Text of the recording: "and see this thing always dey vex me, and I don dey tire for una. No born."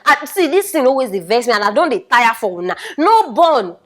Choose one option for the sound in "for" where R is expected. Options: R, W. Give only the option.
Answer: W